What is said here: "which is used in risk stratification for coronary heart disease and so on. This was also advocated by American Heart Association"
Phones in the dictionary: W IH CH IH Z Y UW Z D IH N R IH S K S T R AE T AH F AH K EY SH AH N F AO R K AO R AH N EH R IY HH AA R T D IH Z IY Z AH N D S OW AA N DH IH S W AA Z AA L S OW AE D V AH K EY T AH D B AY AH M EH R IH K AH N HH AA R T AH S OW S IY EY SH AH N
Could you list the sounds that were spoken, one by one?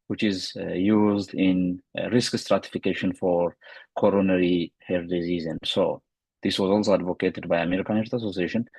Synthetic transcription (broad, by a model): W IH CH IH Z Y UW Z D IH N R IH S K S T R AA T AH F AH K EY SH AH N F AO R K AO R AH N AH R IY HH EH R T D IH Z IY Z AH N S OW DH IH S W AA Z AA L S OW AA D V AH K EY T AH D B AY AH M EH R IH K AH N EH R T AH S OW S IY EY SH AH N